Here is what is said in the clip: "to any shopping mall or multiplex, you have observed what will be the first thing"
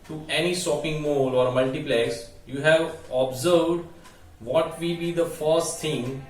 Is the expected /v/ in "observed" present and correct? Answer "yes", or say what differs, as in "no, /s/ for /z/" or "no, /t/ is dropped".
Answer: yes